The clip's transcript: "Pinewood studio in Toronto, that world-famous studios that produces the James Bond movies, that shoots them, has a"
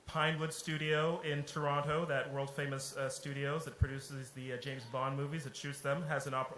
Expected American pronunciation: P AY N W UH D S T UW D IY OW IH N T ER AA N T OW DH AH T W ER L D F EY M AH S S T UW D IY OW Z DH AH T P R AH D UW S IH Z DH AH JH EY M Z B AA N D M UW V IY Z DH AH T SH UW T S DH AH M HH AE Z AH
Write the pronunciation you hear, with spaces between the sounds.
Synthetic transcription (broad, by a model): P AY N W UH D S T UW D IY OW IH N T ER AA N T OW DH AH T W ER L D F EY M AH S S T UW D IY OW Z DH AH T P R AH D UW S IH Z DH AH JH EY M Z B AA N M UW V IY Z DH AH T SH UW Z DH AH M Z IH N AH